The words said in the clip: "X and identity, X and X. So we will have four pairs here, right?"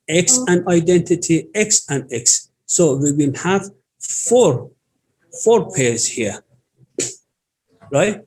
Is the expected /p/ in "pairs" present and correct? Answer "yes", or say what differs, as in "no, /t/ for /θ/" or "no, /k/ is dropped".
no, /f/ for /p/